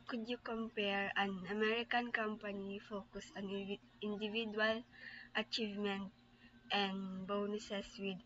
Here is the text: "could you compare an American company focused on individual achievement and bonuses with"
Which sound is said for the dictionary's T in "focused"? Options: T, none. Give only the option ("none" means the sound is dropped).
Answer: none